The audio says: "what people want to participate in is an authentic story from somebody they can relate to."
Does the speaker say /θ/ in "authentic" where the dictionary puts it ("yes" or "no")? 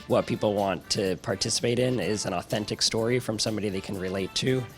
yes